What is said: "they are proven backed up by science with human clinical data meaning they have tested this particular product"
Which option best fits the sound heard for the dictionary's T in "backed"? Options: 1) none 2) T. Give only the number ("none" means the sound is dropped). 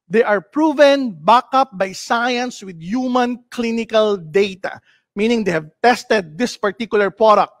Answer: 1